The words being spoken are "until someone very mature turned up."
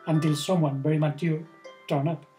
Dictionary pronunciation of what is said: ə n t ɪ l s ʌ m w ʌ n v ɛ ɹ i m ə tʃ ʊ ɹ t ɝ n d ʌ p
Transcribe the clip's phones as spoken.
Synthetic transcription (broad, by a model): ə n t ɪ l s ʌ m w ʌ n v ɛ ɹ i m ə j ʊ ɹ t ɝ n ʌ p